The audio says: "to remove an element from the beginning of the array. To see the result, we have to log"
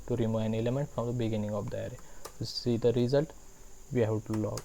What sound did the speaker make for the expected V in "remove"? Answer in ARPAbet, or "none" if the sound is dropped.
none